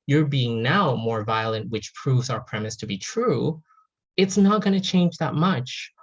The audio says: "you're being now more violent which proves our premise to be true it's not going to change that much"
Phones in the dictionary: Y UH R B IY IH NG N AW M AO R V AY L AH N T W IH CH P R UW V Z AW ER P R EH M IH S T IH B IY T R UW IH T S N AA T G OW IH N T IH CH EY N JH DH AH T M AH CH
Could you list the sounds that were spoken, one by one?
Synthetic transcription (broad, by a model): Y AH R B IY IH NG N AW M AO R V AY L AH N T W IH CH P R UW V Z AW ER P R EH M IH S T IH B IY T R UW IH T S N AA T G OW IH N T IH CH EY N JH DH AH T M AH CH